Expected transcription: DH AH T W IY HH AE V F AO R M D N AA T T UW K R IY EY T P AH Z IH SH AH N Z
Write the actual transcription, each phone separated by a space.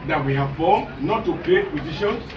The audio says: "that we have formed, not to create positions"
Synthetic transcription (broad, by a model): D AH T W IY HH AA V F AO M N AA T T UW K L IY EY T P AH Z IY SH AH N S